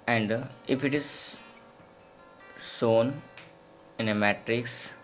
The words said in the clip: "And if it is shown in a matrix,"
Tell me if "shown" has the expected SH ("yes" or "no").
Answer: no